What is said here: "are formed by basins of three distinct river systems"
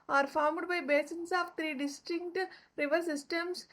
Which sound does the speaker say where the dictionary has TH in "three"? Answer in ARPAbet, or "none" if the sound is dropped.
T